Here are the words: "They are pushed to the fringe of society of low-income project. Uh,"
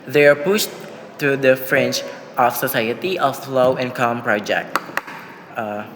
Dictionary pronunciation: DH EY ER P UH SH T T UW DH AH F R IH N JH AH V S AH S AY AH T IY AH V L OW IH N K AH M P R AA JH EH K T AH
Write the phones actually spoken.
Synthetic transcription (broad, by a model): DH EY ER P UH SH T T UW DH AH F R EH N CH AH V S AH S AY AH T IY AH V L OW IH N K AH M P R AA JH EH K T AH